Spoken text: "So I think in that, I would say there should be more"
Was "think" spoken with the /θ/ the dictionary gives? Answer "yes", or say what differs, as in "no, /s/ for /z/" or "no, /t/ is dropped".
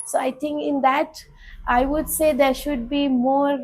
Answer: no, /t/ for /θ/